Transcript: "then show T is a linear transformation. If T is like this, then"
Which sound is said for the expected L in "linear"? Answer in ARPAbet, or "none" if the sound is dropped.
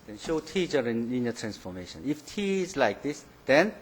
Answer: N